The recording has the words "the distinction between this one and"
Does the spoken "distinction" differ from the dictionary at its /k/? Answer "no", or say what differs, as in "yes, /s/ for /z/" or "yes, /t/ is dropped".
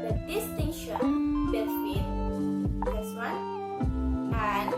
yes, /k/ is dropped